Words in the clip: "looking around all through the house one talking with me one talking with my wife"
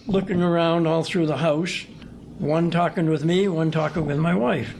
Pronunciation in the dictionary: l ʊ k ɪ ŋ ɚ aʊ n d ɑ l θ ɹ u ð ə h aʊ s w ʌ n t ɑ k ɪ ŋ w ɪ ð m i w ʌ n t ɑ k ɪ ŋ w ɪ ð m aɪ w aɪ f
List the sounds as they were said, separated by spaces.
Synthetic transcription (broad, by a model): l ʊ k ɪ ŋ ɚ aʊ n d ɑ l θ ɹ u ð ə h aʊ s w ʌ n t ɑ k ɪ ŋ w ɪ ð m i w ʌ n t ɑ k ɪ ŋ w ɪ ð m aɪ w aɪ f